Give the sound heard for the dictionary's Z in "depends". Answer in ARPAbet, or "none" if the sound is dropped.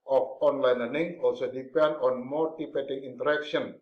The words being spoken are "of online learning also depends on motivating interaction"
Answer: none